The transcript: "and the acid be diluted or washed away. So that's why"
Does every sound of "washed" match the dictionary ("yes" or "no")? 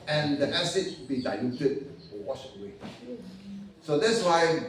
no